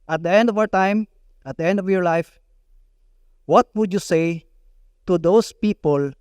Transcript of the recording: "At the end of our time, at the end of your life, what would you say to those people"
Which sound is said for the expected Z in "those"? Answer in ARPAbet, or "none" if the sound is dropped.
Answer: S